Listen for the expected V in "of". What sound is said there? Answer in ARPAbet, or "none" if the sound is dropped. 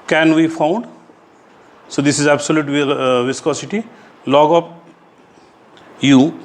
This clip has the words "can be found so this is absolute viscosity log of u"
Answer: P